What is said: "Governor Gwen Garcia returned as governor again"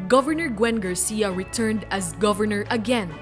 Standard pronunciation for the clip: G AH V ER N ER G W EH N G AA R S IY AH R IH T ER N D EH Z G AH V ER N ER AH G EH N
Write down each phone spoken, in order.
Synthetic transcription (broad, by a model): G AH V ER N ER G W EH N G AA R S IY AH R IH T ER N D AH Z G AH V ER N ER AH G EH N